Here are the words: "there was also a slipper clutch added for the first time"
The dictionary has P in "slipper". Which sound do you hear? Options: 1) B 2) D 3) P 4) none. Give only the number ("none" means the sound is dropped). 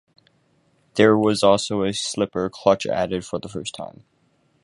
3